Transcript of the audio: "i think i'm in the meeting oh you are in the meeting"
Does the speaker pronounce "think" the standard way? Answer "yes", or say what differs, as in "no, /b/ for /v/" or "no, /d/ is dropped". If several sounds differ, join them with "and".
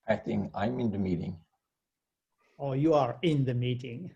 no, /k/ is dropped